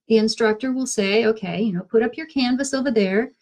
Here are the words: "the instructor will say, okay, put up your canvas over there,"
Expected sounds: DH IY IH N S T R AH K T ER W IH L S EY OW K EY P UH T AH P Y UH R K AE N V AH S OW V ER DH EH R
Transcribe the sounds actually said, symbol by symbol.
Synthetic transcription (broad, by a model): DH IY IH N S T R AH K T ER W IH L S EY OW K EY P UH T AH P Y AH R K AE N V AH S OW V ER DH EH R